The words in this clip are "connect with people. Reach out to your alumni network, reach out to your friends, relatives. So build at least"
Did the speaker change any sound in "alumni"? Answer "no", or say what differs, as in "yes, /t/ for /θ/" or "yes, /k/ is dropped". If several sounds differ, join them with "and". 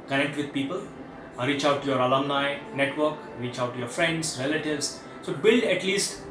no